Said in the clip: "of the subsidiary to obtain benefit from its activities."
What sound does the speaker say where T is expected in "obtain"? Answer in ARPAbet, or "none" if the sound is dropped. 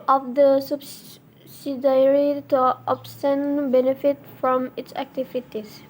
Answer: S